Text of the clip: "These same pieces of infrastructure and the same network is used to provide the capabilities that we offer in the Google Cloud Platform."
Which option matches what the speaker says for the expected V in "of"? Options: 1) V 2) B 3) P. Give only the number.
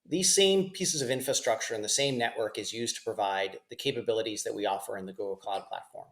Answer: 1